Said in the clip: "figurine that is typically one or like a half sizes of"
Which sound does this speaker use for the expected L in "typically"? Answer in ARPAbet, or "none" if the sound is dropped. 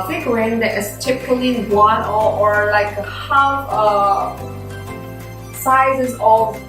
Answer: L